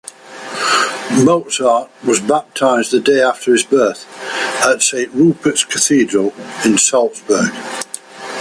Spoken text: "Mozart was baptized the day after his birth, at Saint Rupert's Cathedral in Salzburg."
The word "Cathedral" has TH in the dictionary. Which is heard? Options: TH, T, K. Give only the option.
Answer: TH